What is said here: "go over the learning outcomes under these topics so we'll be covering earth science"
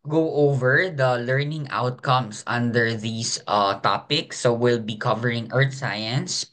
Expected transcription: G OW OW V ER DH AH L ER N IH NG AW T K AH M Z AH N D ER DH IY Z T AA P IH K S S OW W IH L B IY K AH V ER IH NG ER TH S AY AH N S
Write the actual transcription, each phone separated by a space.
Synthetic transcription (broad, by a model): G OW OW V ER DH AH L ER N IH NG AW T K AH M S AH N D ER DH IY S T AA P IH K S S OW W IH L B IY K AH V ER IH NG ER T S AY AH N S